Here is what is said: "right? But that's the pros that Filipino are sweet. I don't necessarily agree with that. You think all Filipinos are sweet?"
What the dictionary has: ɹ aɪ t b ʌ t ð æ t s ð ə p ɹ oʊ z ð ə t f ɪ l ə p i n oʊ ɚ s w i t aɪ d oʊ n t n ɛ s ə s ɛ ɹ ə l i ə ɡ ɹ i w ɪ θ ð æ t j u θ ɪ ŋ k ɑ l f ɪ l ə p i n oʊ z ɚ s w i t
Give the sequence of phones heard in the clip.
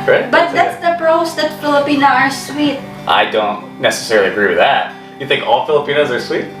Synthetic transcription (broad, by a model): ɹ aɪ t b ʌ t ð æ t s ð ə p ɹ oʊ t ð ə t f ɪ l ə p i n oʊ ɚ s w i t aɪ d oʊ n t n ɛ s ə s ɛ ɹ l i ə ɡ ɹ i w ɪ ð æ t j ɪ θ ɪ ŋ k ɑ l f ɪ l ə p i n oʊ z ɚ s w i t